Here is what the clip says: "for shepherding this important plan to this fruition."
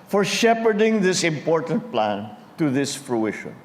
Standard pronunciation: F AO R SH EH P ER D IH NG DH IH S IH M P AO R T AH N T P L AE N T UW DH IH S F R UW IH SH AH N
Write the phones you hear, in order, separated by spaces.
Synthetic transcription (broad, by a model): F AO R SH EH P ER D IH NG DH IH S IH M P AO R T AH N T P L AE N T UW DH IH S F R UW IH SH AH N